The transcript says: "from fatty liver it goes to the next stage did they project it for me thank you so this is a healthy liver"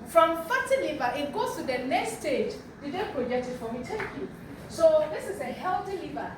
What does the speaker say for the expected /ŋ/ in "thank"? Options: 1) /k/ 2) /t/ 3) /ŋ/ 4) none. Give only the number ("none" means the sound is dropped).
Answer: 4